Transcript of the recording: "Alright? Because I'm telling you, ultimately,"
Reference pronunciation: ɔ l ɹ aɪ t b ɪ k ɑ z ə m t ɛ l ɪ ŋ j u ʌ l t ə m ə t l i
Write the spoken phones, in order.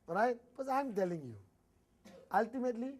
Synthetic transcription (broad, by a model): ɹ aɪ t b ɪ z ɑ ə m t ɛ l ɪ ŋ j u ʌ l t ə m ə t l i